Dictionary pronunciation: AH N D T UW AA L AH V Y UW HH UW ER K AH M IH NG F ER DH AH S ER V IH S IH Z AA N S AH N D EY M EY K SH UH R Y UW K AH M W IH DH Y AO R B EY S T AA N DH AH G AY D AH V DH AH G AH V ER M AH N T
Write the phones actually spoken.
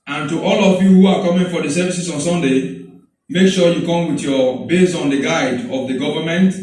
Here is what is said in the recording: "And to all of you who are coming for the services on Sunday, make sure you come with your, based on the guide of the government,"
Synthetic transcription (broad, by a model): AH N T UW AA L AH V Y UW HH UW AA K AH M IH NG F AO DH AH S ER V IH S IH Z AA N S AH N D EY M EY K SH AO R Y UW K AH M W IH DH Y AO B EY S AA N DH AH G AY D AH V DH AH G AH V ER M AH N T